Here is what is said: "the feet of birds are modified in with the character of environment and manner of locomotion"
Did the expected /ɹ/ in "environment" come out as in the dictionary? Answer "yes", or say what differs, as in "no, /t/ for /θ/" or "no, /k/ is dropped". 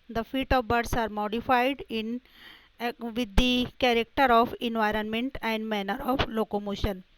yes